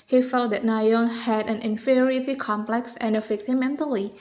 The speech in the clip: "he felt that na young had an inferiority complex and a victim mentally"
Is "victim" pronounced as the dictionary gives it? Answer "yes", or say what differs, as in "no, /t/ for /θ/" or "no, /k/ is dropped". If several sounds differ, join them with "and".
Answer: no, /f/ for /v/